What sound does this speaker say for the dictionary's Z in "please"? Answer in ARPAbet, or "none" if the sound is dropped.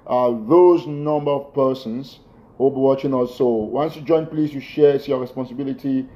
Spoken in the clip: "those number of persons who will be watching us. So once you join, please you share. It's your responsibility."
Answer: S